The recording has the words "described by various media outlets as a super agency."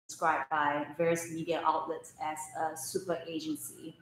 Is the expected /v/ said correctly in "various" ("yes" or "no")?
yes